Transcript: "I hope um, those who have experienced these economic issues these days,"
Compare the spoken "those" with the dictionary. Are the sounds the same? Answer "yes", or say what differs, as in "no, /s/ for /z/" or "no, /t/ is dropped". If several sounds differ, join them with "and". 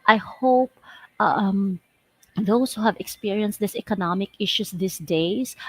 no, /s/ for /z/